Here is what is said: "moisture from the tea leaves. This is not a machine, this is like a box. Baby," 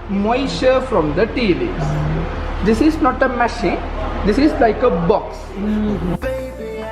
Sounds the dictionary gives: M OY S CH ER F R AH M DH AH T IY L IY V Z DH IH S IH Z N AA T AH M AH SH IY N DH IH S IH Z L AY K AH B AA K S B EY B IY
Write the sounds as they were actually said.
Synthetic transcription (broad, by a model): M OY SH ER F R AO M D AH T IY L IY Z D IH S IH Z N AA T AH M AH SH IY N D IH S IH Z L AY K AH B AA K S